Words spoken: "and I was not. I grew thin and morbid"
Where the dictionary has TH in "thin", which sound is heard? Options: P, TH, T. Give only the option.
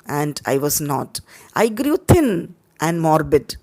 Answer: T